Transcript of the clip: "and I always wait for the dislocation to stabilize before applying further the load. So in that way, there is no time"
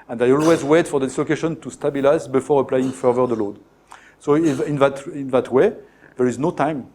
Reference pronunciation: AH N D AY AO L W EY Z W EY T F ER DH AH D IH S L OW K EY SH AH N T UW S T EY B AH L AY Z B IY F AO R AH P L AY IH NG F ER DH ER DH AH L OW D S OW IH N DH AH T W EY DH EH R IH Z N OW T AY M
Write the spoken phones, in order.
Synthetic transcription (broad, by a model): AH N D AY AO L W EY Z W EY T F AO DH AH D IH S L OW K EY SH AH N T UW S T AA B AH L AY Z B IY F AO R AH P L AY IH NG F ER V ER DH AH L OW D S OW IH N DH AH T W EY DH EH R IH Z N OW T AY M